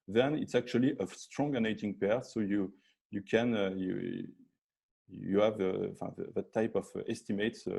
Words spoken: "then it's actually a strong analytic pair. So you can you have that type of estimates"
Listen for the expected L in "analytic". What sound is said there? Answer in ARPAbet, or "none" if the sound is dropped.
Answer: N